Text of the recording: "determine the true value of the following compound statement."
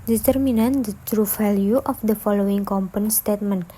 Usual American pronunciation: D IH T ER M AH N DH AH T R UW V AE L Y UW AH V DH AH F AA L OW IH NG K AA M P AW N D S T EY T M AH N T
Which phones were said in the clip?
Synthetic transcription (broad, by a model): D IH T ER M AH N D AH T R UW F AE L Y UW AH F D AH F AA L OW IH NG K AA M P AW N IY S T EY T M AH N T